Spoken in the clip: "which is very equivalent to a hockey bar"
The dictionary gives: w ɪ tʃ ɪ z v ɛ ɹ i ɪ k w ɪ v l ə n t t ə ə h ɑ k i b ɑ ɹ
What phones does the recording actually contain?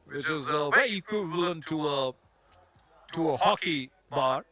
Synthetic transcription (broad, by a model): w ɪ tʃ ɪ z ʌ w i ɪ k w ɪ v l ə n t t ə ə h ɑ k i b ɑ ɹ